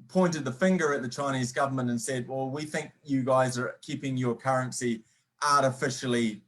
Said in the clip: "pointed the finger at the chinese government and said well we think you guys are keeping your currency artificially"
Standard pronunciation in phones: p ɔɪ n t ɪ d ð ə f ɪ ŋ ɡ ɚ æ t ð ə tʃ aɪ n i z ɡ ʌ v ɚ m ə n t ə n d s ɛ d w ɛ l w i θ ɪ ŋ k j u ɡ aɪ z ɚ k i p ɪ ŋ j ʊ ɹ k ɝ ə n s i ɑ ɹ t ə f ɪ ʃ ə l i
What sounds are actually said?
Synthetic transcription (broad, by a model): p ɔɪ n t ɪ d ð ə f ɪ ŋ ɡ ɚ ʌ t ð ə tʃ aɪ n i z ɡ ʌ v ɚ m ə n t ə n s ɛ d w ɛ l w i θ ɪ ŋ k j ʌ ɡ aɪ z ɚ k i p ɪ ŋ j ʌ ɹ k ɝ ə n s i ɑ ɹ t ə f ɪ ʃ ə l i